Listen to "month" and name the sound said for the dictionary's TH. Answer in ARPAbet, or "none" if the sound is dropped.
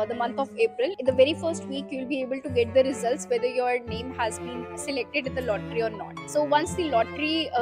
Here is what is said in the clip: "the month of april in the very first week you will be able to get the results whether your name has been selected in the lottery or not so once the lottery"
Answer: T